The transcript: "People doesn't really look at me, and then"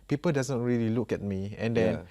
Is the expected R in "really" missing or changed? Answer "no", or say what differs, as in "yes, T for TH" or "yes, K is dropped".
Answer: no